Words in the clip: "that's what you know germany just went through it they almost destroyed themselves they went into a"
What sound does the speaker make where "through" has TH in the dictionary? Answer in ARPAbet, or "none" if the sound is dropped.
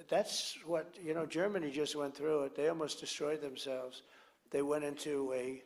TH